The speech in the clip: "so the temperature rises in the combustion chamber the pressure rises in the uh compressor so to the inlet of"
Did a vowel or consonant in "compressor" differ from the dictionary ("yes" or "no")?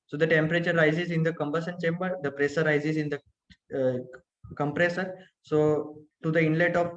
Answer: no